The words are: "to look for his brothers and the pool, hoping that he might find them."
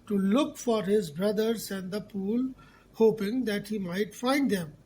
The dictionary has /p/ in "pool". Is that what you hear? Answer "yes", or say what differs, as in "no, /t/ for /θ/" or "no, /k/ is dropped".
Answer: yes